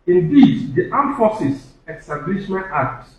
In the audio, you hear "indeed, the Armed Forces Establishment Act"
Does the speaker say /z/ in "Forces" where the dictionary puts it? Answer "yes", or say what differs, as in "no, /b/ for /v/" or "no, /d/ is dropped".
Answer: no, /s/ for /z/